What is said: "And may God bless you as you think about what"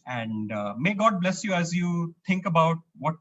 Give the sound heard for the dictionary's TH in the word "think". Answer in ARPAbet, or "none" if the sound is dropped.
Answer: T